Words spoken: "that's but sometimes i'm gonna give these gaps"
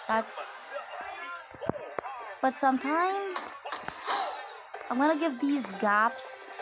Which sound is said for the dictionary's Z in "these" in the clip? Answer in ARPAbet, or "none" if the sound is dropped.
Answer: Z